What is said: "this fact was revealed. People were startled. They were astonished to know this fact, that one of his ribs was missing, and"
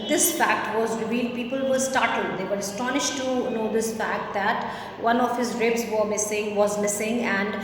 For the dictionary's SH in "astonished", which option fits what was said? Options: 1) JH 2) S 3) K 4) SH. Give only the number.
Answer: 4